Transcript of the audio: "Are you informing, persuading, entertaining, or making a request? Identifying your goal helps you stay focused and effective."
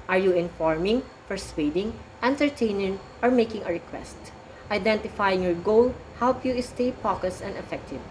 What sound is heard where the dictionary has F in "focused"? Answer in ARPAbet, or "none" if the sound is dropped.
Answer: P